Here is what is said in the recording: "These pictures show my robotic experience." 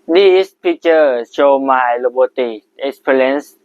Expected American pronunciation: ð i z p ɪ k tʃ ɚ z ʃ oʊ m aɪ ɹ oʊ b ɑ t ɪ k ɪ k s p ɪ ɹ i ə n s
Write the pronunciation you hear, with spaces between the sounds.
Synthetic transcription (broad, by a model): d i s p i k tʃ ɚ ʃ oʊ m aɪ l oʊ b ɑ t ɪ ɪ k s p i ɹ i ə n s